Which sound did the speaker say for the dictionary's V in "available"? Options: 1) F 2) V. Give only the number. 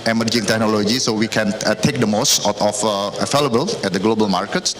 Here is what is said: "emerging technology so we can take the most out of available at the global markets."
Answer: 1